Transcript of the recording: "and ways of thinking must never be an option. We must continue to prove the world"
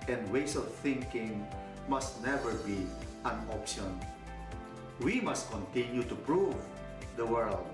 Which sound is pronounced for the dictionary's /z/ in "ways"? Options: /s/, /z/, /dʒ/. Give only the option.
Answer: /s/